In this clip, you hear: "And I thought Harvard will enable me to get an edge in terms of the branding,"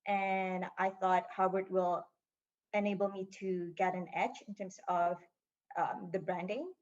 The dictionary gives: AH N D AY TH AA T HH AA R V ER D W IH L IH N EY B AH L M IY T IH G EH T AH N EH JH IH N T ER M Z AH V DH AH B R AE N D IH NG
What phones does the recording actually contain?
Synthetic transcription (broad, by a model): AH N AY TH AA T HH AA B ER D W IH L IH N EY B L M IY T IH G EH T AH N EH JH IH N T ER M Z AH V DH AH B R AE N D IH NG